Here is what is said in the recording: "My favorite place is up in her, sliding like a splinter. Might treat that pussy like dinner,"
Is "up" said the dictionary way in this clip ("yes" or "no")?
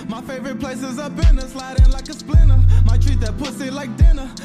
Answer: no